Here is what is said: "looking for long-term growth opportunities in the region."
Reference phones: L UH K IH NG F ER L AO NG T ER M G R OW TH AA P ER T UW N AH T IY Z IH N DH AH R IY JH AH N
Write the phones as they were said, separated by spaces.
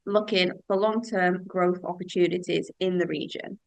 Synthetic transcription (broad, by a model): L UH K IH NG F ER L AO NG T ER M G R OW TH AA P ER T UW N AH T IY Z IH N DH AH R IY JH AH N